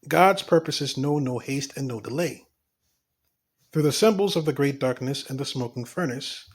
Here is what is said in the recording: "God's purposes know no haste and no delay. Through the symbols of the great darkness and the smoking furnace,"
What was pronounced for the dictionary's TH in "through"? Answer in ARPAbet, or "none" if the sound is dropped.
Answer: TH